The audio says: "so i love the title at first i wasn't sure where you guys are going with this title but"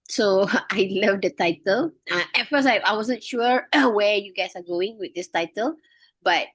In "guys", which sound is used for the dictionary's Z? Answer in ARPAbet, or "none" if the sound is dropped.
S